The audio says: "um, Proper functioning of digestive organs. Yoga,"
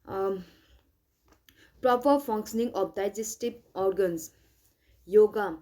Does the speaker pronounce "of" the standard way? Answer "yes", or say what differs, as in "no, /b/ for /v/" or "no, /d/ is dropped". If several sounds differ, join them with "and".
no, /p/ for /v/